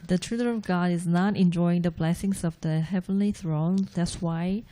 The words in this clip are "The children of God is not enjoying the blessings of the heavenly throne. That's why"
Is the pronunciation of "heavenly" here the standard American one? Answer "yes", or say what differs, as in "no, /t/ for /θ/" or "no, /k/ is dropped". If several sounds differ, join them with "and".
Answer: yes